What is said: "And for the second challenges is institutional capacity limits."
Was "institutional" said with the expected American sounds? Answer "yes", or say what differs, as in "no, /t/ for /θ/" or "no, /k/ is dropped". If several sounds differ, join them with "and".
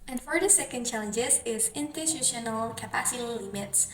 no, /s/ is dropped